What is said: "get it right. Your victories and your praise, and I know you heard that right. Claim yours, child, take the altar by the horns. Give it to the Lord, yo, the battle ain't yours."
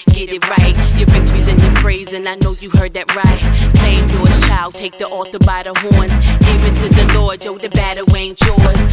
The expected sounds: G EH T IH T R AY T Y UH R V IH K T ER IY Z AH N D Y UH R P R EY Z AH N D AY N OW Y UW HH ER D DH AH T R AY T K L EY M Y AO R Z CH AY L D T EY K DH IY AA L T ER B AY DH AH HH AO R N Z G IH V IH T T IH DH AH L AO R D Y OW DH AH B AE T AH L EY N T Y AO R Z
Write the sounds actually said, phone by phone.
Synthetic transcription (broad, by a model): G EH T IH T R AY T Y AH R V IH K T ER IY Z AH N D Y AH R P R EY Z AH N AY N OW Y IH HH ER D DH AH T R AY T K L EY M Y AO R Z CH AY L D T EY K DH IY AA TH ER B AY DH AH HH AO R N Z G IH V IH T T IH DH AH L AO R D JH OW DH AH B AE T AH W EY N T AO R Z